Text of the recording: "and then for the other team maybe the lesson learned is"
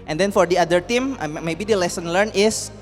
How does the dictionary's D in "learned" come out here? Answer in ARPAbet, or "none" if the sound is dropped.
none